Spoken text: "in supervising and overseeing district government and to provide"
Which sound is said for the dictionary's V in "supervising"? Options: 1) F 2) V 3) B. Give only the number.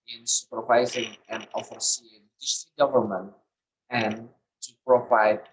2